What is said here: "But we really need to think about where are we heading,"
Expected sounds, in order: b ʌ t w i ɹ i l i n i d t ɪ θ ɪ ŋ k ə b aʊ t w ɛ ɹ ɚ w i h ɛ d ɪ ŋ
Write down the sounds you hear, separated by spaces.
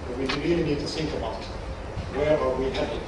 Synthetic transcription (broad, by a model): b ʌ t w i ɹ i l i n i d t ɪ s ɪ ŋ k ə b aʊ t w ɛ ɹ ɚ w i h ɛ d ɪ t